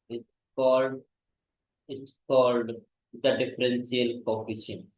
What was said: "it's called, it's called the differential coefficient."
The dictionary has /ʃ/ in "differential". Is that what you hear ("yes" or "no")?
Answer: no